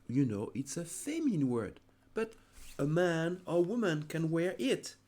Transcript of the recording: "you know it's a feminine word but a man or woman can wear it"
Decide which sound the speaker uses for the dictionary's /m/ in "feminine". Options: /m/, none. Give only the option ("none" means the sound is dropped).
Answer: none